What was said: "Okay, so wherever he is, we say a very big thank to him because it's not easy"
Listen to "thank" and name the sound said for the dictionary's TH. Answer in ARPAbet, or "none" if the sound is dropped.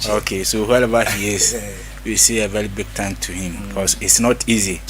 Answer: T